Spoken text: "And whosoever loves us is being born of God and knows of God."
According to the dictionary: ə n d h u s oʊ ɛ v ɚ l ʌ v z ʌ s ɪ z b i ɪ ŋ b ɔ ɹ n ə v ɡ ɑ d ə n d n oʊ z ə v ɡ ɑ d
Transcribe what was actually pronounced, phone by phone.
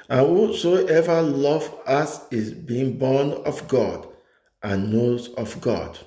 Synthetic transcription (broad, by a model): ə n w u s oʊ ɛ v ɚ l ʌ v ʌ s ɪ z b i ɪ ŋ b ɔ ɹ n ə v ɡ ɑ d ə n n oʊ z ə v ɡ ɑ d